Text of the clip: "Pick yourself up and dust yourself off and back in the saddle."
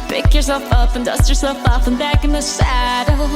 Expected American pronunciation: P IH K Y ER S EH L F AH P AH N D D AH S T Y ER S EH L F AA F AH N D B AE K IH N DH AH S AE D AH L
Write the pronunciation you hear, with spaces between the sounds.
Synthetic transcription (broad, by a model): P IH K Y ER S EH L F AH P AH N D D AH S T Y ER S EH L F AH P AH N B AE K IH N DH AH S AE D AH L